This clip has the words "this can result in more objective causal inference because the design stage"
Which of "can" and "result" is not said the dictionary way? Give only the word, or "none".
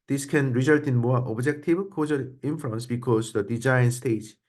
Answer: none